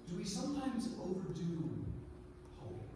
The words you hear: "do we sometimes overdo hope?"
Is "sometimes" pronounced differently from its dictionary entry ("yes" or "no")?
no